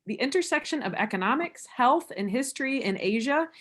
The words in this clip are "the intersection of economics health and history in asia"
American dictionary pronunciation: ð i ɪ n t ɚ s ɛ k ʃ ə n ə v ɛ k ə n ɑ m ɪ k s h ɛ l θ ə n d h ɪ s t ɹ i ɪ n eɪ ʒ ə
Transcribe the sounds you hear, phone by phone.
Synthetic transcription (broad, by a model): ð i ɪ n t ɚ s ɛ k ʃ ə n ə v ɛ k ə n ɑ m ɪ k s h ɛ l θ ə n h ɪ s t ɹ i ɪ n eɪ ʒ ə